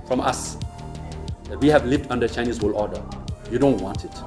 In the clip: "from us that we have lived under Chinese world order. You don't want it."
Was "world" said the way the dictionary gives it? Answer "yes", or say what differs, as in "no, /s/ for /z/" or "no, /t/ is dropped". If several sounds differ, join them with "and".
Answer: no, /d/ is dropped